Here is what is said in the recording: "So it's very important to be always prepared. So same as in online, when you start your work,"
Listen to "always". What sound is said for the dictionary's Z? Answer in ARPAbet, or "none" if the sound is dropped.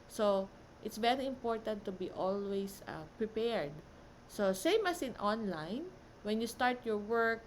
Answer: S